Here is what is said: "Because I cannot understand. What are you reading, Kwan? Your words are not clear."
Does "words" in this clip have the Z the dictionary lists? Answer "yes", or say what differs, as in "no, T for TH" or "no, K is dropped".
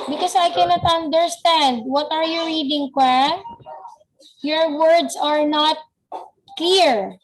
no, S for Z